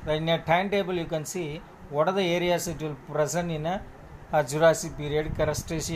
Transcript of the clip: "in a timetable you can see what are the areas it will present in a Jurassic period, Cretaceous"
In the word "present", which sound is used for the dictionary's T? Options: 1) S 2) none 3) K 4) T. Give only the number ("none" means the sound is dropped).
2